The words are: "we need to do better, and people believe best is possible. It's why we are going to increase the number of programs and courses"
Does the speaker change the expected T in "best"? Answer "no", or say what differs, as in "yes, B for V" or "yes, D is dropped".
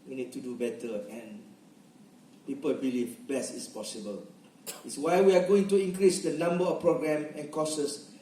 yes, T is dropped